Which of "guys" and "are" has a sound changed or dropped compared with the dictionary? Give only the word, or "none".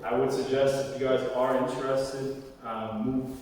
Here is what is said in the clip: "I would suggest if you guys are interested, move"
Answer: none